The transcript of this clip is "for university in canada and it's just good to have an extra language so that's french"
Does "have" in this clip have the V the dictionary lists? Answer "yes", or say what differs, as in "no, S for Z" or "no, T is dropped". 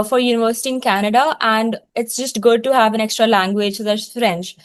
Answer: yes